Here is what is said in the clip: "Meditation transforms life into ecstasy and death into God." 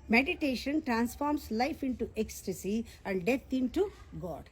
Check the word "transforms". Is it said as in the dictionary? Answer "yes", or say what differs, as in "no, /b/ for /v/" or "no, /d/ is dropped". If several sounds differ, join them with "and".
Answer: no, /s/ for /z/